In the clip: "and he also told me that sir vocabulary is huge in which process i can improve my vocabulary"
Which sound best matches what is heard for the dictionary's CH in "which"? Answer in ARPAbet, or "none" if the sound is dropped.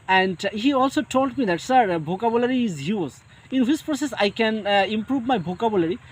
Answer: S